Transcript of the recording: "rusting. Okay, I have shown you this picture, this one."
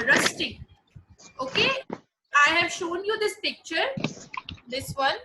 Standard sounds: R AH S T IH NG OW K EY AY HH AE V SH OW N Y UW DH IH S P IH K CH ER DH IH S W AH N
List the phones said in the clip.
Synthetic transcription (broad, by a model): R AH S T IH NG OW K EY AY HH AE V SH OW N Y UW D IH S P IH K CH ER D IH S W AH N